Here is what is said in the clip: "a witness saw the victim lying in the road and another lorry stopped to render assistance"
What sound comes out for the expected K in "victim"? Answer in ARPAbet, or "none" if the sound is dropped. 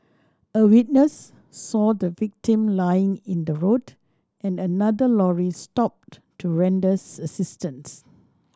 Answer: K